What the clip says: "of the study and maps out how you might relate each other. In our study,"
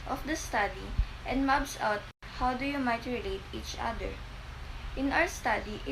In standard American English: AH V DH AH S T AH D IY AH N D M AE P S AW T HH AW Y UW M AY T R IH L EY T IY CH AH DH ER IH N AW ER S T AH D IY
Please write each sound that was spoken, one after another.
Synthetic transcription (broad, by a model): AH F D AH S T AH D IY AH N D M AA B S AW T HH AW Y UW M AY T R IH L EY T IY CH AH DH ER IH N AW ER S T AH D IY